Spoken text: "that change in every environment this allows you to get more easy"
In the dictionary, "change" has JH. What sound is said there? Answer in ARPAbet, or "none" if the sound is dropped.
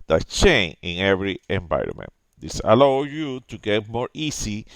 none